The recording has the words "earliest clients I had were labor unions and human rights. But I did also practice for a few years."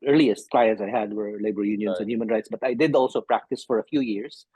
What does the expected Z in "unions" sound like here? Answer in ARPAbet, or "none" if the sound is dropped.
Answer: S